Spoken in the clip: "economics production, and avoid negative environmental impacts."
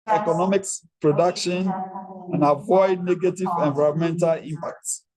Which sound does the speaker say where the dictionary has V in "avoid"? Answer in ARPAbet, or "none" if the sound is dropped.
V